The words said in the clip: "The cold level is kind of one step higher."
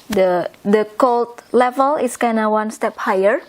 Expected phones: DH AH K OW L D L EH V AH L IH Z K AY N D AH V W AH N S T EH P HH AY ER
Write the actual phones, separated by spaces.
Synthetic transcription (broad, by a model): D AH K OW L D L EH V AH L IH S K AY N AH W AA N S T EH P HH AY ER